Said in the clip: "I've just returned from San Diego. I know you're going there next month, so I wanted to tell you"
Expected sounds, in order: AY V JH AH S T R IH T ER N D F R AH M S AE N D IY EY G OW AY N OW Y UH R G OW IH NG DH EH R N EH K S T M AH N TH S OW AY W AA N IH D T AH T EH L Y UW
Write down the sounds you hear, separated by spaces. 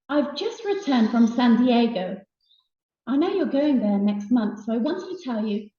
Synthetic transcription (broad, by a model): AY V JH AH S T R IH T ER N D F R AH M S AE N D IY EY G OW AY N OW Y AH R G OW IH NG DH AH R N EH K S T M AH N TH S OW AY W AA N T AH T EH L Y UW